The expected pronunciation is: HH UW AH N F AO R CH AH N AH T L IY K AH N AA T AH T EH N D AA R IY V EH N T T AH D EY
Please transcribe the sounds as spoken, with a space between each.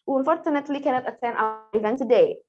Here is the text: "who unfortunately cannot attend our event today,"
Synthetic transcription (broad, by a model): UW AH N F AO R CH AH N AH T L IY K AH N AA T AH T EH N AA R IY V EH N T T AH D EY